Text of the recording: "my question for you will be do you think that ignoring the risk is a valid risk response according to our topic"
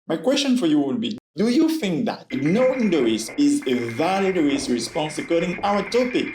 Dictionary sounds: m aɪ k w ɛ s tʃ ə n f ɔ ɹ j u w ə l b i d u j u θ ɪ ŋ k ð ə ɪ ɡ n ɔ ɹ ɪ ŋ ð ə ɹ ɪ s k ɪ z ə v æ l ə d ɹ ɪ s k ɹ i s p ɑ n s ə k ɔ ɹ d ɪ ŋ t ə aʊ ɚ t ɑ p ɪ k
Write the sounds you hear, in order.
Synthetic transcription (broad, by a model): m aɪ k w ɛ s tʃ ə n f ɔ ɹ j u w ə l b i d u j u θ ɪ ŋ k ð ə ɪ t n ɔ ɪ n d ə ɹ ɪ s ɪ z ə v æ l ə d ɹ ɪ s ɹ i s p ɑ n s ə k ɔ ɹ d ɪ ŋ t aʊ ɚ t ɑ p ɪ k